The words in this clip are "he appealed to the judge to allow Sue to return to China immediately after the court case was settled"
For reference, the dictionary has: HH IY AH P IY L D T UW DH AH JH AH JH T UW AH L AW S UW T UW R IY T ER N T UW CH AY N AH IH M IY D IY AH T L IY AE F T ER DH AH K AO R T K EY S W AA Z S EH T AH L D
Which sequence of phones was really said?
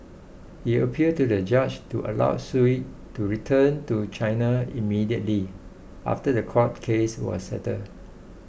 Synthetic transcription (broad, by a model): HH IY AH P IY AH D T UW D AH JH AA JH T UW AH L AW S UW T UW R IY T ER N T UW CH AY N AH IH M IY D IY AH T L IY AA F T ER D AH K AO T K EY S W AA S S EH T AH D